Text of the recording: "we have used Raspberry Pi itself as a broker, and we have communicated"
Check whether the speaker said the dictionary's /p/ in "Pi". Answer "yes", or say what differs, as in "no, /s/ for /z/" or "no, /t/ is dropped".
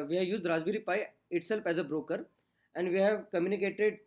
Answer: yes